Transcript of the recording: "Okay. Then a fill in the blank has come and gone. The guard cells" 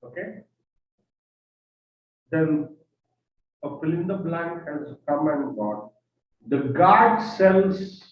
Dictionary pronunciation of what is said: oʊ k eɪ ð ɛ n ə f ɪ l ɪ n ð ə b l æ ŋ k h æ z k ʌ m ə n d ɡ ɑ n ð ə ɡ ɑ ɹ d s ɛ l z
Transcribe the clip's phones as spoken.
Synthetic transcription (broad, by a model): oʊ k eɪ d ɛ n ə p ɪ l ɪ n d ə b l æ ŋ k h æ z k ʌ m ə n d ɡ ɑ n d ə ɡ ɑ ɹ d s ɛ l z